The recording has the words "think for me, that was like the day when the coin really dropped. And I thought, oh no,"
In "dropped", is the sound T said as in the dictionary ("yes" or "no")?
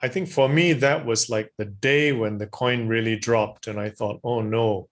yes